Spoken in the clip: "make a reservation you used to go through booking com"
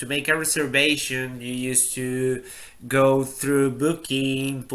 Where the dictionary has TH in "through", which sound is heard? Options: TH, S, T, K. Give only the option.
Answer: TH